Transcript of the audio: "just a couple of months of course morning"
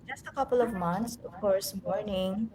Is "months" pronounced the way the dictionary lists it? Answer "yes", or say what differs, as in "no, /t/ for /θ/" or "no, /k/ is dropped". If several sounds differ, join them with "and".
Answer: no, /t/ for /θ/